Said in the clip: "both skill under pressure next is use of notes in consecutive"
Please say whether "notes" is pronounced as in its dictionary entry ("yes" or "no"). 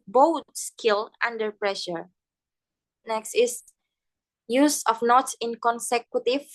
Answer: no